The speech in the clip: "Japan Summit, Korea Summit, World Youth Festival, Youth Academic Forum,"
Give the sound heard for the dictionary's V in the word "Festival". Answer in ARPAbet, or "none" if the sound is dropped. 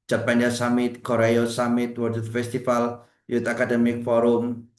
F